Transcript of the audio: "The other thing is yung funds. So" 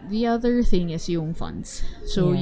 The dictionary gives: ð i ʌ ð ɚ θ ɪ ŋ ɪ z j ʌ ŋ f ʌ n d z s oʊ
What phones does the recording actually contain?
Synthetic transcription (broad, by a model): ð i ʌ ð ɚ θ ɪ ŋ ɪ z j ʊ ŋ f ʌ n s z s oʊ